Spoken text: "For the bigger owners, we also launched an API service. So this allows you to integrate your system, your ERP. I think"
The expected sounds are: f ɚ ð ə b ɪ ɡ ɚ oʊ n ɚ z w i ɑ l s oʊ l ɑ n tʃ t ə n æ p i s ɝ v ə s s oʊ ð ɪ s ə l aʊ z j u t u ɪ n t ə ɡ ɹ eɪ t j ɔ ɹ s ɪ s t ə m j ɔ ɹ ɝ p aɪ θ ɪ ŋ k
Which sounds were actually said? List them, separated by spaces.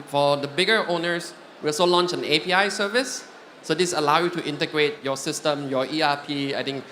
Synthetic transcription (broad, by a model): f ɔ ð ə b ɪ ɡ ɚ oʊ n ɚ s w i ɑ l s oʊ l ɑ n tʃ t ə n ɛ p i s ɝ v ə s s oʊ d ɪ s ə l aʊ j u t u ɪ n t ə ɡ ɹ eɪ t j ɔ s ɪ s t ə m j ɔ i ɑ p aɪ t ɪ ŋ k